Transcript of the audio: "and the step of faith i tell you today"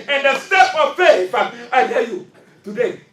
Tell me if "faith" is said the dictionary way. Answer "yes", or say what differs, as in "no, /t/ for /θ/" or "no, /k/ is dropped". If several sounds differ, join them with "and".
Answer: no, /f/ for /θ/